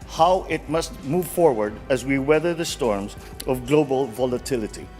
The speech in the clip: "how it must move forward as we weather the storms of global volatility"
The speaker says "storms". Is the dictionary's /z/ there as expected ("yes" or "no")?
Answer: yes